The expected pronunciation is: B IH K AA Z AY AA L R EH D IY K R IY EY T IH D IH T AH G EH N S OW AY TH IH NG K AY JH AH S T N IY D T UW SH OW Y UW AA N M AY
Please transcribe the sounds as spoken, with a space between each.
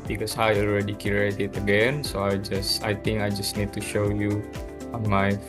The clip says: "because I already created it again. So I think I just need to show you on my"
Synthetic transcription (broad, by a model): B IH K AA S AY AA L R EH D IY K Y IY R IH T IH T AH G EH N S OW AY S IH NG K AY JH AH S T N IY D T UW SH OW Y UW AA N M AY